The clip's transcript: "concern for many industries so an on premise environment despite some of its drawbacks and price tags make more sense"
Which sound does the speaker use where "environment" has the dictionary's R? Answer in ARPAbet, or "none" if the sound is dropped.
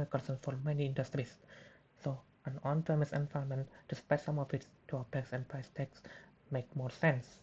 none